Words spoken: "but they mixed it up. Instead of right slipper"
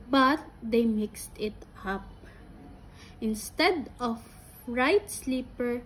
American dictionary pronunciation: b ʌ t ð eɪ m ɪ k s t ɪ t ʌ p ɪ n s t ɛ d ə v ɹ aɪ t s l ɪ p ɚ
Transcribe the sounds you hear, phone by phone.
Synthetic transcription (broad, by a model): b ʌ t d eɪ m ɪ k s t ɪ t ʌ p ɪ n s t ɛ d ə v ɹ aɪ t s l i p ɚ